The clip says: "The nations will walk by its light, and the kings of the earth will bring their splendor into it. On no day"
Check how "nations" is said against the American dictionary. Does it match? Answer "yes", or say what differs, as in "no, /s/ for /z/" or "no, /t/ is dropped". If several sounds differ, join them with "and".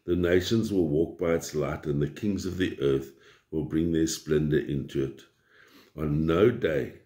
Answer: yes